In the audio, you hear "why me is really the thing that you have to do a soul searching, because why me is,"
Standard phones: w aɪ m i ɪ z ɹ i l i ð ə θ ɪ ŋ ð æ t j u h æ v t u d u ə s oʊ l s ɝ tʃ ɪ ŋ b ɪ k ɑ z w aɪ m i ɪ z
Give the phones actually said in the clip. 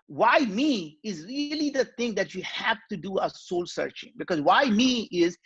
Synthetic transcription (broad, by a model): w aɪ m i ɪ z ɹ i l i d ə t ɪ ŋ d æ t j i h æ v t u d u ə s oʊ l s ɝ tʃ ɪ ŋ b ɪ k ɑ z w aɪ m i ɪ z